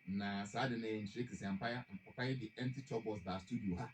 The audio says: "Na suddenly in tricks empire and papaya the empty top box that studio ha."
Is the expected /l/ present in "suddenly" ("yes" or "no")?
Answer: no